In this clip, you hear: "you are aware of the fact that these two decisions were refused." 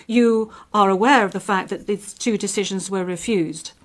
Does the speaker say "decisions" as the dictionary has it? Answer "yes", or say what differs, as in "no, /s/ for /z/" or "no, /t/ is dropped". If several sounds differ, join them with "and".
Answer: yes